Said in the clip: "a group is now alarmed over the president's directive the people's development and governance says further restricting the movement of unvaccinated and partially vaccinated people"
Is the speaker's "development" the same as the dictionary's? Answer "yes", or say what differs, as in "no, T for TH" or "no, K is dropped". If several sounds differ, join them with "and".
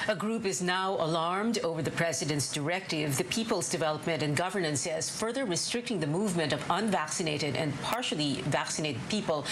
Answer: yes